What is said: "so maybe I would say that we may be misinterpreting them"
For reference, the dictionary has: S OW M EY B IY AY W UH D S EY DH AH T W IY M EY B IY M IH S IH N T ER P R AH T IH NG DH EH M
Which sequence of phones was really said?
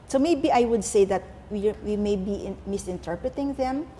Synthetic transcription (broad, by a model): S OW M EY B IY AY W UH D S EY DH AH T W IY M EY B IY M IH S IH N T ER P R AH T IH NG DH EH M